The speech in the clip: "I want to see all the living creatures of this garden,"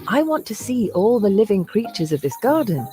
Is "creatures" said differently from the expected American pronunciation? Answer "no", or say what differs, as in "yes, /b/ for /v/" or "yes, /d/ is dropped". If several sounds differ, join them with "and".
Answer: no